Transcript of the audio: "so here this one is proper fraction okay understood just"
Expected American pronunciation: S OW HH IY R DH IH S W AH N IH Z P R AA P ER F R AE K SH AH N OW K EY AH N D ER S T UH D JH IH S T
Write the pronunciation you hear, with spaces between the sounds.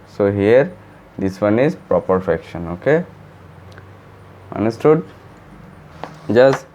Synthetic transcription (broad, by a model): S OW HH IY R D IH S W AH N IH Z P R AA P ER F EH K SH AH N OW K EY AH N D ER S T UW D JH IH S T